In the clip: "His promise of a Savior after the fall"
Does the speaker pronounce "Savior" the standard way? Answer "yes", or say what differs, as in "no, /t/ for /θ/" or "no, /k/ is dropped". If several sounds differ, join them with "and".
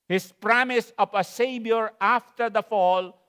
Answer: no, /b/ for /v/